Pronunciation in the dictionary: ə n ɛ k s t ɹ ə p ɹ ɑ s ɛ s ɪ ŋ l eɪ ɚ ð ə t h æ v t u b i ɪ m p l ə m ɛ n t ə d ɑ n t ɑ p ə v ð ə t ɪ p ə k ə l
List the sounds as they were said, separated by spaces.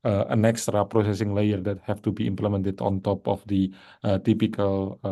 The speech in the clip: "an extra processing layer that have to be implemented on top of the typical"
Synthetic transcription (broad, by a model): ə n ɛ k s t ɹ ə p ɹ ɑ s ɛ s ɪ ŋ l eɪ ɚ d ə t h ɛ f t u b i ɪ m p l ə m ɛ n t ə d ɑ n t ɑ p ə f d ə t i p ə k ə l